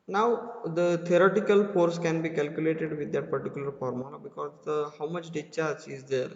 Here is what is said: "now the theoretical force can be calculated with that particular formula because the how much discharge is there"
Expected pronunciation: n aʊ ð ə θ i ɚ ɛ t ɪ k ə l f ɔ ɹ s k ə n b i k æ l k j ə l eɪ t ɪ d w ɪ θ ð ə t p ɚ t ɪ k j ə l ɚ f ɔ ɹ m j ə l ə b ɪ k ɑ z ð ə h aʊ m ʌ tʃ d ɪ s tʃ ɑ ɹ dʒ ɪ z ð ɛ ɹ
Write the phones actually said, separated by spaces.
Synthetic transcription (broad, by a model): n aʊ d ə t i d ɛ t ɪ k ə l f ɔ ɹ s k ə n b i k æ l k j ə l eɪ t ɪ d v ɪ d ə t p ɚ t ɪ k j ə l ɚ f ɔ ɹ m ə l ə b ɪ k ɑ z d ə h aʊ m ʌ tʃ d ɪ tʃ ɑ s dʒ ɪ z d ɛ ɹ